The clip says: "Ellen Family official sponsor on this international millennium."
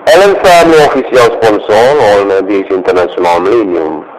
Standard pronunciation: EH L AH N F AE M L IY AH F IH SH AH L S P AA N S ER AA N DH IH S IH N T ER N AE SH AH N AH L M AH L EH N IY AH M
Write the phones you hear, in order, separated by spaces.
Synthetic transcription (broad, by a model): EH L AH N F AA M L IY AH F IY S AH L S P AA N S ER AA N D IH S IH N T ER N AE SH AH N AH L M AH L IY N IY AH M